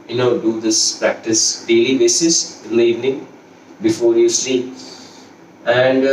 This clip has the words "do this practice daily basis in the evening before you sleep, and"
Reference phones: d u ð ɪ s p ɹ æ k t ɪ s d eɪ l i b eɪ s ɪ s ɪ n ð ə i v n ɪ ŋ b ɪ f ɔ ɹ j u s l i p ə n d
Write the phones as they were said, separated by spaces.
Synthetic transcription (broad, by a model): d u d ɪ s p ɹ æ k t ɪ s d eɪ l i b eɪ s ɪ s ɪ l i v n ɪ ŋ b ɪ f ɔ ɹ j u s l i ə n d